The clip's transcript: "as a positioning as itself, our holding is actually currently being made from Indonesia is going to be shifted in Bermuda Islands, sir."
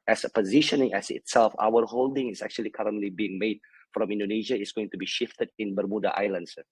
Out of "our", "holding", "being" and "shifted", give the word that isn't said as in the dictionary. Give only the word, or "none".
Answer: none